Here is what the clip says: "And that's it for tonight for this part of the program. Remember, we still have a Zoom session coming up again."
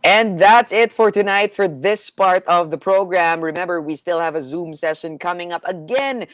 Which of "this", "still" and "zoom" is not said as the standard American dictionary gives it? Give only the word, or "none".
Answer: none